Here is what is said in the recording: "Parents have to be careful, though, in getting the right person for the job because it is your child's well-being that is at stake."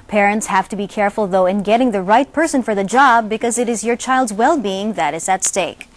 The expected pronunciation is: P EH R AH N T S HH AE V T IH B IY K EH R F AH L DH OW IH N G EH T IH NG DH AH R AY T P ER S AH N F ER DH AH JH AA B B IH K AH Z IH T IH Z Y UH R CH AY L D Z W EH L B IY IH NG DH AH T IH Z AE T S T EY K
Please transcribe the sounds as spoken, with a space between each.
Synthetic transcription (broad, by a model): P EH R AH N T S HH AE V T IH B IY K EH R F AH L DH OW IH N G EH T IH NG DH AH R AY T P ER S AH N F ER DH AH JH AA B B IH K AH Z IH T IH Z Y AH R CH AY L D Z W EH L B IY IH NG DH AH T IH Z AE T S T EY K